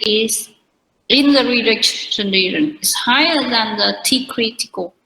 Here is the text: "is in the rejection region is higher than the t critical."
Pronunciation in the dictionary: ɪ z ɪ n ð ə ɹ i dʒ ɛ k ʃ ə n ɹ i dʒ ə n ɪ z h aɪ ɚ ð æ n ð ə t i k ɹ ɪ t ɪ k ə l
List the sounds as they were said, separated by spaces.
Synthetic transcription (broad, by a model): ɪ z ɪ n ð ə ɹ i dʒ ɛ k s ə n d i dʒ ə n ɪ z h aɪ ɚ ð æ n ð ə t i k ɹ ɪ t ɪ k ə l